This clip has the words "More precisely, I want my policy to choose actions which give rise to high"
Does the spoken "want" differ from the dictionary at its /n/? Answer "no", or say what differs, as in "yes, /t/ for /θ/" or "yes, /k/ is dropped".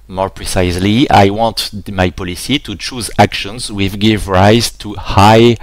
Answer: no